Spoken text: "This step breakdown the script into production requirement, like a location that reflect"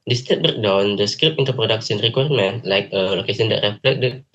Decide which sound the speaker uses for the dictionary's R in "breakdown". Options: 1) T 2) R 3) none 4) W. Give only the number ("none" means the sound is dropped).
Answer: 3